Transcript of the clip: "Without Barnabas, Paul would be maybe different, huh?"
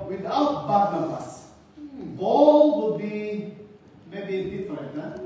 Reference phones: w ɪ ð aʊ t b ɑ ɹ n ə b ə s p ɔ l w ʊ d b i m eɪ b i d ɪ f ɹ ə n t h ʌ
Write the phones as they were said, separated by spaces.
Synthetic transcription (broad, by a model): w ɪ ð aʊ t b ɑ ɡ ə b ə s b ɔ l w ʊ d b i m eɪ b i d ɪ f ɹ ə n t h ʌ